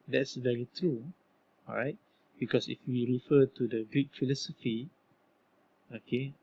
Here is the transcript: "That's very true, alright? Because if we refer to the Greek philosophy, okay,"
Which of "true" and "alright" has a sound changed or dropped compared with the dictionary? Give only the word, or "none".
alright